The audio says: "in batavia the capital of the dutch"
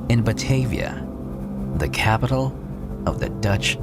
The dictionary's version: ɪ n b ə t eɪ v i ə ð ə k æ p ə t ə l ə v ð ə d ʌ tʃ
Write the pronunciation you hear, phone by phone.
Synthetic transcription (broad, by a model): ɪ n b ə t eɪ v i ə ð ə k æ p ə t l ə v ð ə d ʌ tʃ